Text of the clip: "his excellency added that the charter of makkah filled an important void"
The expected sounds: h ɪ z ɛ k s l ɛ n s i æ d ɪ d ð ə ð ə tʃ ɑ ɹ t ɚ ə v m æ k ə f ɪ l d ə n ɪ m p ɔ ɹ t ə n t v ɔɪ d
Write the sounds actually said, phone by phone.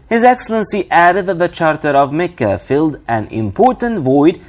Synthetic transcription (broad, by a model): h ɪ z ɛ k s l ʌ n s i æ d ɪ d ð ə ð ə tʃ ɑ ɹ t ɚ ə v m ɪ k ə f ɪ l d ə n ɪ m p ɔ ɹ t ə n t v ɔɪ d